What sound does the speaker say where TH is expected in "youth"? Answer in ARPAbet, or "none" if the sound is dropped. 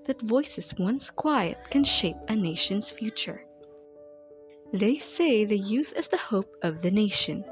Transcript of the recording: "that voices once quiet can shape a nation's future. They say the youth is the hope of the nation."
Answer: TH